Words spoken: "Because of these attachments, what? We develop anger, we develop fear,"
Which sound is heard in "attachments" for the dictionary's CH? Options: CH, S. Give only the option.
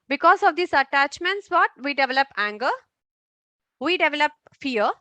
CH